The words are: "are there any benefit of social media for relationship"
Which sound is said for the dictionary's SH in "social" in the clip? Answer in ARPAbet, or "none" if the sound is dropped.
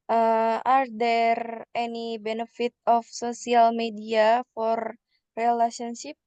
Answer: S